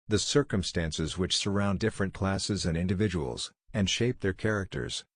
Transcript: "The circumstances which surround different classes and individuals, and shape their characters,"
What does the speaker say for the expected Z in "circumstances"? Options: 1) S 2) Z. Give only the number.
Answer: 2